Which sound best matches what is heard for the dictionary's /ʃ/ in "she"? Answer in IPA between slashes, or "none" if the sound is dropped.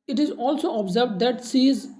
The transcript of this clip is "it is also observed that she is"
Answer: /s/